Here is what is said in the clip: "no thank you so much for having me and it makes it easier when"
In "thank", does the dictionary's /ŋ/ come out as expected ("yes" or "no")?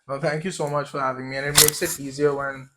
yes